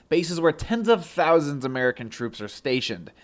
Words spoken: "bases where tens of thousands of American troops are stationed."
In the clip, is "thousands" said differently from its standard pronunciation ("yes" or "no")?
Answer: no